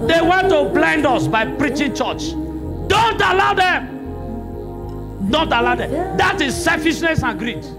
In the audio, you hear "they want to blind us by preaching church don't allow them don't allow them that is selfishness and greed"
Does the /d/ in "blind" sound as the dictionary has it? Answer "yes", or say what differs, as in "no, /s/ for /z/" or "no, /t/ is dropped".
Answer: yes